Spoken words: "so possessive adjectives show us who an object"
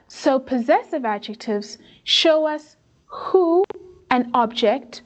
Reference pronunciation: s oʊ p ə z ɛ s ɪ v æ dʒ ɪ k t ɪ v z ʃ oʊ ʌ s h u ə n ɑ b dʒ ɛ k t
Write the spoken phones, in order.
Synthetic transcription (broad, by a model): s oʊ p ə z ɛ s ɪ v æ dʒ ɪ k t ɪ v z ʃ oʊ ʌ s h u ə n ɑ b dʒ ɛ k t